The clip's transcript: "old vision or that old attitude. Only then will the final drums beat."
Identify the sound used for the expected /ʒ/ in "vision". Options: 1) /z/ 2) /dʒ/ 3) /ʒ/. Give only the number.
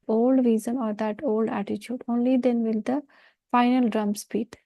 1